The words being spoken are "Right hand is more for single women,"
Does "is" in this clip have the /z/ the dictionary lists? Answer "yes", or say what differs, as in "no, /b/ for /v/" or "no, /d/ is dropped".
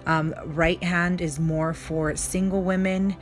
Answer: yes